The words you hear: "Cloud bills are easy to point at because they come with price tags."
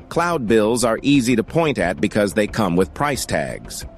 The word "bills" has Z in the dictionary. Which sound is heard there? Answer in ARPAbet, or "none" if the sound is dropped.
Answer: Z